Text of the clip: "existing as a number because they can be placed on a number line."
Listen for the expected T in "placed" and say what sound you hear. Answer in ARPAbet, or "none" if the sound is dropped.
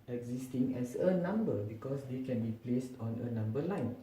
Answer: T